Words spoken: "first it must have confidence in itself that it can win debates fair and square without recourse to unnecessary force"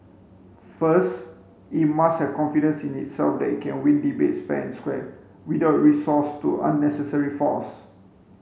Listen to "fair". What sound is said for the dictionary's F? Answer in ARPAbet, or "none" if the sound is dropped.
P